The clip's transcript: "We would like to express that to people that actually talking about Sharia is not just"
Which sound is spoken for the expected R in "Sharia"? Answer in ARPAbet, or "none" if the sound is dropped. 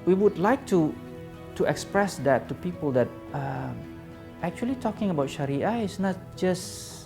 R